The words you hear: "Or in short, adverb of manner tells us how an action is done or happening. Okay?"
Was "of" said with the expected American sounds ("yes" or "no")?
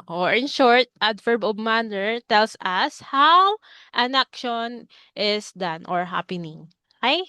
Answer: no